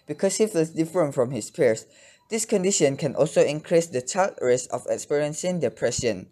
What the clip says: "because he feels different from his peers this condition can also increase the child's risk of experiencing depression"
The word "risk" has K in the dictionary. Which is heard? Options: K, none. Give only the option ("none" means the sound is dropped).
none